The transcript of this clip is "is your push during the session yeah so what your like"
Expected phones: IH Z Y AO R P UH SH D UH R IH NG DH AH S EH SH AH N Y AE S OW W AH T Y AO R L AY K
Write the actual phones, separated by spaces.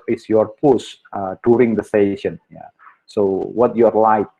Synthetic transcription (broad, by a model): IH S Y AO R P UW S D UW R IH NG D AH S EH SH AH N Y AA S OW W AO T Y AO R L AY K